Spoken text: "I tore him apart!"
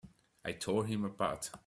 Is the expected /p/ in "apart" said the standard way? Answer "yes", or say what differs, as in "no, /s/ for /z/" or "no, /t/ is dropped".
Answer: no, /b/ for /p/